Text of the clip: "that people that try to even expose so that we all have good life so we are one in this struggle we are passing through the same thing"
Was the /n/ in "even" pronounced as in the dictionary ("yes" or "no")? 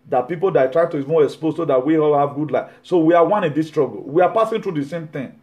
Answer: no